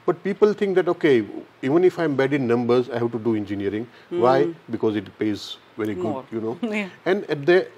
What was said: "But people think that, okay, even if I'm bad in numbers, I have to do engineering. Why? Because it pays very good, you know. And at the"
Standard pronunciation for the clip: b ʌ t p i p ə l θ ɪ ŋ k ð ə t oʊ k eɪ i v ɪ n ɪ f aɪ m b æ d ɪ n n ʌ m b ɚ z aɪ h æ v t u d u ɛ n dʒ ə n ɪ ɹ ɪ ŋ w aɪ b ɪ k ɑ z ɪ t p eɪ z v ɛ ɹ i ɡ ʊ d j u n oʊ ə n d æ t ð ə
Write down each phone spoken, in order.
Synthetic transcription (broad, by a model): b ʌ t p i p ə l t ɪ ŋ k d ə t oʊ k eɪ i v ɪ n ɪ f aɪ m b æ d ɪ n n ʌ m b ɚ z aɪ h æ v t u d u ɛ n dʒ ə n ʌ ɹ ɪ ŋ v aɪ b ɪ k ɑ z ɪ t p eɪ z v ɛ ɹ i ɡ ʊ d j u n oʊ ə n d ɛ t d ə